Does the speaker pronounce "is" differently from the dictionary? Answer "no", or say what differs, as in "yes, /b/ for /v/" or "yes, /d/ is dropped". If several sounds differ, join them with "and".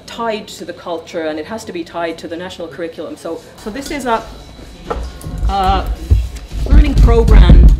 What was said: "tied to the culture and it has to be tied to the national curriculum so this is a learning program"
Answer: no